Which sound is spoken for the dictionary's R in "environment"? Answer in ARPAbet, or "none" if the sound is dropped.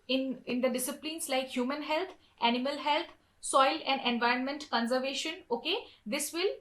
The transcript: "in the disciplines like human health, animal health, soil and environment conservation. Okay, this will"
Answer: R